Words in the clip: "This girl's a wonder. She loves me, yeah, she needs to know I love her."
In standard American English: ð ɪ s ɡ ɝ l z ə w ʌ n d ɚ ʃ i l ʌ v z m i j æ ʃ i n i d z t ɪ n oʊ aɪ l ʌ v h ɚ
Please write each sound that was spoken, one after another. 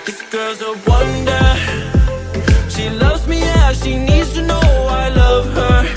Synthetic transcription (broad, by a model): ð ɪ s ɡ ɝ z ə w ʌ n d ɚ ʃ i l ʌ v z m i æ ʃ i n i d z t ɪ n oʊ aɪ l ʌ v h ɚ